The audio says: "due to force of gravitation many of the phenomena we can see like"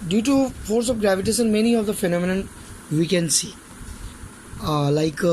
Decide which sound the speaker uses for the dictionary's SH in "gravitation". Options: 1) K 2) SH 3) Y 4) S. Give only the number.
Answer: 4